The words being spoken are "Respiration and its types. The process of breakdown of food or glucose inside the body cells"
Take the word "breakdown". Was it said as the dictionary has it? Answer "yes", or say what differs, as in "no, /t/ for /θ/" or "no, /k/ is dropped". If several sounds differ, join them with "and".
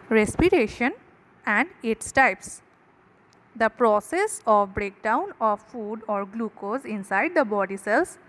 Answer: yes